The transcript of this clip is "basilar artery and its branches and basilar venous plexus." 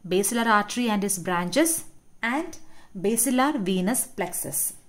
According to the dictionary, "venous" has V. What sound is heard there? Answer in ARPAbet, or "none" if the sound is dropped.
V